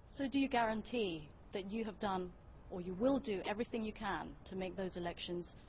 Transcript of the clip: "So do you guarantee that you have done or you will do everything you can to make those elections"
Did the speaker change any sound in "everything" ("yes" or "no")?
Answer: no